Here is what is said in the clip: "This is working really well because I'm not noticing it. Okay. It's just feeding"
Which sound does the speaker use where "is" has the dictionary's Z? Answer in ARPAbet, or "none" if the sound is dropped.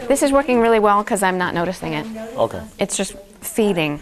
Z